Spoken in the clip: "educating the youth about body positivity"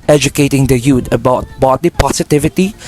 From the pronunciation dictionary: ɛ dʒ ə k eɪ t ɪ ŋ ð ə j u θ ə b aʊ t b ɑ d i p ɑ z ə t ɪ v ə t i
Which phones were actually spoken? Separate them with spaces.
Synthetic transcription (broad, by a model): ɛ dʒ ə k eɪ t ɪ ŋ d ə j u t ə b aʊ t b ɑ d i p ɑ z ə t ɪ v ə t i